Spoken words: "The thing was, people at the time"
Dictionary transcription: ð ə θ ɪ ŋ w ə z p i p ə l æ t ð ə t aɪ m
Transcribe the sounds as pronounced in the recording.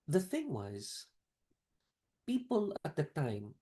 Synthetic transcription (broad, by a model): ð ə θ ɪ ŋ w ə z p i p ə l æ t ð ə t aɪ m